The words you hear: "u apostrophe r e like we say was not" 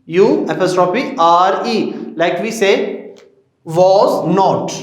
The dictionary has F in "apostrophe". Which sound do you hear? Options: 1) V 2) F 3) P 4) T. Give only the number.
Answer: 3